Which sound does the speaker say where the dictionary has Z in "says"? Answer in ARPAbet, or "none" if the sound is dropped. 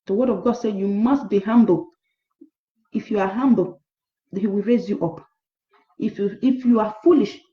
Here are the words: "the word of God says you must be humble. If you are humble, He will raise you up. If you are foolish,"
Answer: none